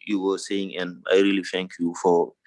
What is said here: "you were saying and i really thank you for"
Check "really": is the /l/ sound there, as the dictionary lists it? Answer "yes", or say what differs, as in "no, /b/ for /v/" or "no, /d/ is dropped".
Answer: yes